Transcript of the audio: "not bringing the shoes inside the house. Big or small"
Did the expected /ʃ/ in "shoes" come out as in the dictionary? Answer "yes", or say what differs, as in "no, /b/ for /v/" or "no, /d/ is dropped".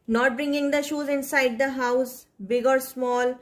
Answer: yes